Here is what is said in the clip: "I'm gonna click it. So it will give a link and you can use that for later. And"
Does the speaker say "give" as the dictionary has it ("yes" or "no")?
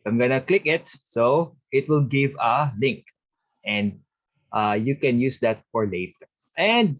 yes